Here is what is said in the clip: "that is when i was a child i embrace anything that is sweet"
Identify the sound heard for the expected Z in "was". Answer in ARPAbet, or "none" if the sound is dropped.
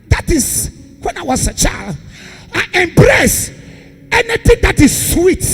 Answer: S